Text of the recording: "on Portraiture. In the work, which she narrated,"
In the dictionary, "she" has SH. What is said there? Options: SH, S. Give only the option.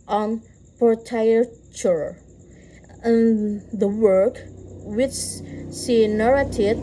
S